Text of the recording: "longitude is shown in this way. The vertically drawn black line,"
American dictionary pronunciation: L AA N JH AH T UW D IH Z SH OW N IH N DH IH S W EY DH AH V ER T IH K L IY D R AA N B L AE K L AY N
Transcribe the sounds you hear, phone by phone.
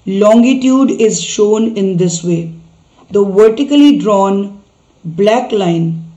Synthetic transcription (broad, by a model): L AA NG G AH T UW D IH Z SH OW N IH N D IH S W EY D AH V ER T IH K L IY D R AA N B L AE K L AY N